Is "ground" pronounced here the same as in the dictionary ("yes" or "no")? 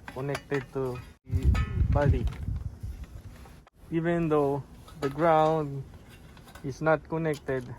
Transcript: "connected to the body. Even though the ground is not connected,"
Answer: yes